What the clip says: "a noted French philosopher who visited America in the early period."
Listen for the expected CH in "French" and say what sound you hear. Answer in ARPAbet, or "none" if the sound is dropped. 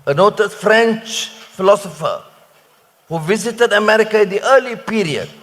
CH